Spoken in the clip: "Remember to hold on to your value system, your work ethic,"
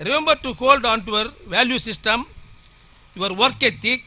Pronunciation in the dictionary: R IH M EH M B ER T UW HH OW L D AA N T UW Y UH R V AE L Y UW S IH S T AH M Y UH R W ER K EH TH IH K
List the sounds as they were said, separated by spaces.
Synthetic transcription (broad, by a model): R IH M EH M B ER T UW HH OW L D AA N T UW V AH R V AE L Y UW S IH S T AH M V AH R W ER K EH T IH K